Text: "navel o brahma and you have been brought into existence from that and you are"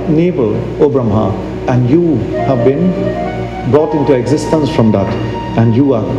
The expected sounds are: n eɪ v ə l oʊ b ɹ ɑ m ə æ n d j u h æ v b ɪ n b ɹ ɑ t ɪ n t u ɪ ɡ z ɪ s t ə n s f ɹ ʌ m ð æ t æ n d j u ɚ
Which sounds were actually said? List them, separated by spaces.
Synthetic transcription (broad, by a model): n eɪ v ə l oʊ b ɹ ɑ m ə æ n d j u h æ v b ɪ n b ɹ ɑ t ɪ n t u ɪ ɡ z ɪ s t ə n s f ɹ ʌ m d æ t æ n d j u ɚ